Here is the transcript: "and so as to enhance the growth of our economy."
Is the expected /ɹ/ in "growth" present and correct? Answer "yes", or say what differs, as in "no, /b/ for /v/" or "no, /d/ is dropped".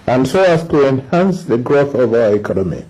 yes